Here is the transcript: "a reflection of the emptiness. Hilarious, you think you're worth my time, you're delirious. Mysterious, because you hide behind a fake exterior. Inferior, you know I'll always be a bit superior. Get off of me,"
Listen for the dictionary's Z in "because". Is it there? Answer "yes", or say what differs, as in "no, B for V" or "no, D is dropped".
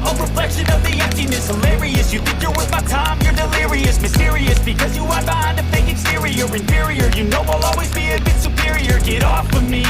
yes